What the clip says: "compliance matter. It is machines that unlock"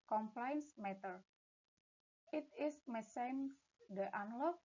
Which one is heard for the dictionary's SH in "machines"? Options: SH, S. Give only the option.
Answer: S